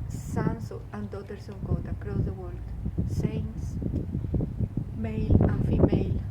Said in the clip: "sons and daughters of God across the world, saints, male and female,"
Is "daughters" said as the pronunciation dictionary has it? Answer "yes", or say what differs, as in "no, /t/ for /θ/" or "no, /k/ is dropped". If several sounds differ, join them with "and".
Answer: no, /s/ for /z/